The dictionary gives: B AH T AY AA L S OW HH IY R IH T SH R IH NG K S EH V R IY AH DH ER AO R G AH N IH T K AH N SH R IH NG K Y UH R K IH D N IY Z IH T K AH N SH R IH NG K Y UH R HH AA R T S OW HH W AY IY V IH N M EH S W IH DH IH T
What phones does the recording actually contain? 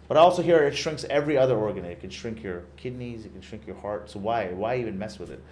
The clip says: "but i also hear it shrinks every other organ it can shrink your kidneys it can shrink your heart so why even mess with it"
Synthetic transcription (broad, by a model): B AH T AA L S OW HH IY R IH T SH R IH NG K S EH V R IY AH DH ER AO R G AH N IH T K AH N SH R IH NG K Y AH R K IH D N IY Z IH T K N SH R IH NG K Y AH R HH AA R T S OW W W AY IY V IH N M EH S W IH DH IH T